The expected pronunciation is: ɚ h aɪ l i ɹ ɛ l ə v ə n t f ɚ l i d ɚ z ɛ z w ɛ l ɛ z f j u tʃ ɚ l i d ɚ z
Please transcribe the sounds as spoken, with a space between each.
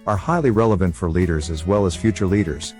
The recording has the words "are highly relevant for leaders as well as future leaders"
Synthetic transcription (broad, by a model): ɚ h aɪ l i ɹ ɛ l ə v ə n t f ɚ l i d ɚ z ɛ z w ɛ l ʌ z f j u tʃ ɚ l i d ɚ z